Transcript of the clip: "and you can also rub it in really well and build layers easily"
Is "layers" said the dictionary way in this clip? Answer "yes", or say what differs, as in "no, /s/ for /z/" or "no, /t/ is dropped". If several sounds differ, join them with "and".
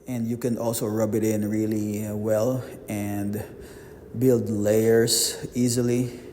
no, /s/ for /z/